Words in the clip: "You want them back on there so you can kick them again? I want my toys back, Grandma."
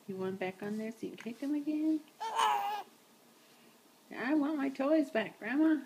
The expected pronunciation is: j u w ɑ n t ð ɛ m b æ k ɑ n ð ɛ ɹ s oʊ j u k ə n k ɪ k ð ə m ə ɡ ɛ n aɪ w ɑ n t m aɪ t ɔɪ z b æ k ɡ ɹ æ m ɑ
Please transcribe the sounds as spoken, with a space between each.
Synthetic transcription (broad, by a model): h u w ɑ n b æ k n ð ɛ ɹ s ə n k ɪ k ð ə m ə ɡ ɛ n aɪ w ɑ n m aɪ t ɔɪ z b æ k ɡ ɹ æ m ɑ